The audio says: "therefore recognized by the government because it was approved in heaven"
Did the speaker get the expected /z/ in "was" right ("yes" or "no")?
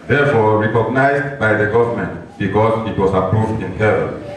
no